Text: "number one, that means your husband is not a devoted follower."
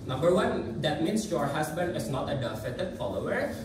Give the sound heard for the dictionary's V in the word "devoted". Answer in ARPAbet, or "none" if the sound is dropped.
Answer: F